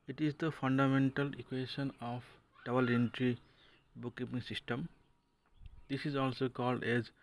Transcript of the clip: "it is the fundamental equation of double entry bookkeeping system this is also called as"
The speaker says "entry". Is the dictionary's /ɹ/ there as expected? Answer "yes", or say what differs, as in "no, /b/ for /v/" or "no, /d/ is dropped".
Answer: yes